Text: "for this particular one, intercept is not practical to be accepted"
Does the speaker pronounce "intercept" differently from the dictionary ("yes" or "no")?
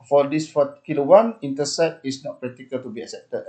yes